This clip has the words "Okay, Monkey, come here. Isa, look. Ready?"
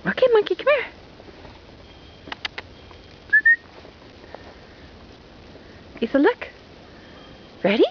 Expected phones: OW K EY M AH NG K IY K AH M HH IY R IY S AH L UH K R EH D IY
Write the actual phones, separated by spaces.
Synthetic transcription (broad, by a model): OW K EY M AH K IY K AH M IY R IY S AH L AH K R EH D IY